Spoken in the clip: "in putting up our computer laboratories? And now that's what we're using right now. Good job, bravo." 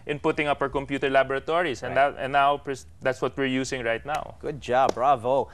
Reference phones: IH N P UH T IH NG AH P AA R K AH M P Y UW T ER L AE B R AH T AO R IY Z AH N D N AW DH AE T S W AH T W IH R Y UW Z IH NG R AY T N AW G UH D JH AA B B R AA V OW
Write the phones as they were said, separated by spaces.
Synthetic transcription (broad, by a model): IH N P UH T IH NG AH P AA R K AH M P Y UW T ER L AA B R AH T AO R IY S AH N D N AW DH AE T S W AH T W IH R Y UW S IH NG R AY T N AW G UH D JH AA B B R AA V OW